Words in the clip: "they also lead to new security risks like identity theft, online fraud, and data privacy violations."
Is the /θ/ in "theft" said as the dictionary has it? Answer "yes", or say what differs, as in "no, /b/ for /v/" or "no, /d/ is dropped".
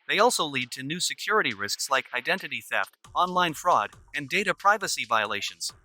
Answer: yes